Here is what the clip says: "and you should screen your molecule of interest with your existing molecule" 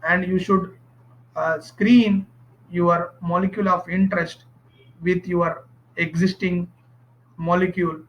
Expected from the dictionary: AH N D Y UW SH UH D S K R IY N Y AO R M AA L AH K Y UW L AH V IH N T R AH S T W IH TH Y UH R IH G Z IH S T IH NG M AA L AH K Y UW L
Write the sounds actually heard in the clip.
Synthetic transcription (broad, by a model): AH N D Y UW SH UH D S K R IY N Y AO R M AA L AH K Y UW L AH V IH N T R AH S T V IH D Y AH R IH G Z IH S T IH NG M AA L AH K Y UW L